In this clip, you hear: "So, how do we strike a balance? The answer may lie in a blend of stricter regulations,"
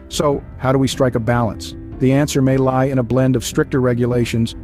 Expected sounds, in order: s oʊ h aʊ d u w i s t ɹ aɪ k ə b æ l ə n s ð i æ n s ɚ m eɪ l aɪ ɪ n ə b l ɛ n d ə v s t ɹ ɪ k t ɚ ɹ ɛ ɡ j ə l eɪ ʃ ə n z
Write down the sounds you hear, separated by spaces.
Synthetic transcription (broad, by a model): s oʊ h aʊ d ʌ w i s t ɹ aɪ k ə b æ l ə n s ð i æ n s ɚ m eɪ l aɪ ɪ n ə b l ɛ n d ə v s t ɹ ɪ k t ɚ ɹ ɛ ɡ j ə l eɪ ʃ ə n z